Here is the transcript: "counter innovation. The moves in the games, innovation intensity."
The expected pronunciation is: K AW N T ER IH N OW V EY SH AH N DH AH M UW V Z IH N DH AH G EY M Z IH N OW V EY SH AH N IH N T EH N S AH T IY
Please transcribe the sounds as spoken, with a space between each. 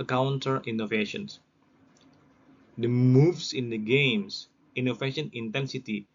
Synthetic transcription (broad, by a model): K AW N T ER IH N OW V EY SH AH N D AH M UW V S IH N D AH G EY M S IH N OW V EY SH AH N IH N T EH N S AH T IY